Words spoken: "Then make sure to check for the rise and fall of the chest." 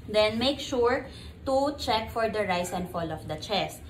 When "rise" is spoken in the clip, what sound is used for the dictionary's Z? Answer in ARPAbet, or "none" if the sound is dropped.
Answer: S